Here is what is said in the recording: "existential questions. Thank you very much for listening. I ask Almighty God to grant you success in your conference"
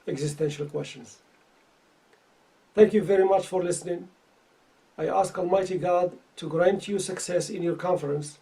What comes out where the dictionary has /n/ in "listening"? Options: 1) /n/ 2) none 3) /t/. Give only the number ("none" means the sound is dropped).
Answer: 1